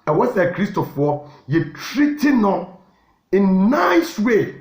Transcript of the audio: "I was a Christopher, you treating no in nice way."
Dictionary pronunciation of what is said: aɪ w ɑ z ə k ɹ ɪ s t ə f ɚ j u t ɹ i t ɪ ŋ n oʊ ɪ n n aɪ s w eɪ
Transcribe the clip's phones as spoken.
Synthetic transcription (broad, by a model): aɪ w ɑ s ə k ɹ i s t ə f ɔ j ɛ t ɹ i t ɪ n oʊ ɪ n n aɪ s w eɪ